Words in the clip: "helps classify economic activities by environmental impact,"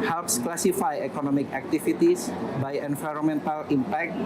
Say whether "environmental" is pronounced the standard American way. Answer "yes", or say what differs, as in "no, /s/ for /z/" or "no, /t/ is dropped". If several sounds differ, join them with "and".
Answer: no, /f/ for /v/